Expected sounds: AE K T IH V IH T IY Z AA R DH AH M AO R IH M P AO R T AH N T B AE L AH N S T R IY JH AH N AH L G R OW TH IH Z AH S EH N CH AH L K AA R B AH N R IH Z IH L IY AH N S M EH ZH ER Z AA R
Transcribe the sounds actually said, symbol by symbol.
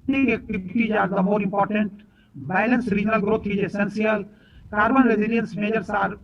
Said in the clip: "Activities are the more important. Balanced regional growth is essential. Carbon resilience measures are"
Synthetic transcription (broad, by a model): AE K T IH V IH T IY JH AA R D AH M AO R IH M P AO R T AH N T B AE L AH N S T R IY JH AH N AH L G R OW T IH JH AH S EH N S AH L K AA R B AH N R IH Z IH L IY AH N S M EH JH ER S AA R